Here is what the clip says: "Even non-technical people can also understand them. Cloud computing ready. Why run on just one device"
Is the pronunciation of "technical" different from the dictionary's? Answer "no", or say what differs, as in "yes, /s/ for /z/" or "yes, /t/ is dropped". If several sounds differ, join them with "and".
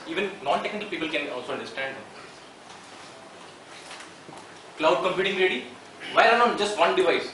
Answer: no